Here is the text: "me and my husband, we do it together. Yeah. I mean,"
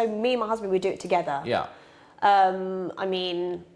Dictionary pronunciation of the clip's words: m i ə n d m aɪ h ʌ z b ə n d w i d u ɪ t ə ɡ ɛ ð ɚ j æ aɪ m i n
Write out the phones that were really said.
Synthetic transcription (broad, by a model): m i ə n m aɪ h ʌ z b ə n d w i d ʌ ɪ t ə ɡ ɛ ð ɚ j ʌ aɪ m i n